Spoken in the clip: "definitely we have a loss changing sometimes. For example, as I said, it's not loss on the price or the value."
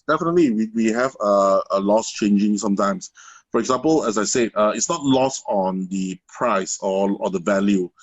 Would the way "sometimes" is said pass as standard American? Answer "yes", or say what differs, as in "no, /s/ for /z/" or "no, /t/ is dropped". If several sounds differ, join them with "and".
no, /s/ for /z/